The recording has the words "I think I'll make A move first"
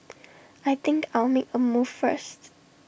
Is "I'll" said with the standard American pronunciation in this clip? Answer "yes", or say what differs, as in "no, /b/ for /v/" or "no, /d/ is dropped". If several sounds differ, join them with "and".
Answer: yes